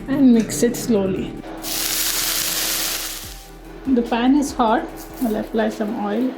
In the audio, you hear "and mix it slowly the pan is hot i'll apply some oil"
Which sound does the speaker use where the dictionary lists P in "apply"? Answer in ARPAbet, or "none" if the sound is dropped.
F